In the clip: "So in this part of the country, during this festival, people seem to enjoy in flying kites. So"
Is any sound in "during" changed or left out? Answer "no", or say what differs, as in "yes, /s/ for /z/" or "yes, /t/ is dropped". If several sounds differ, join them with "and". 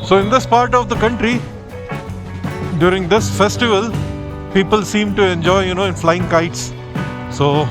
no